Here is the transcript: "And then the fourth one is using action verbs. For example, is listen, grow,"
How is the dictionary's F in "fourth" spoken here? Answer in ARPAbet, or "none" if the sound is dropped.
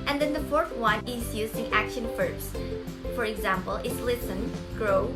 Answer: F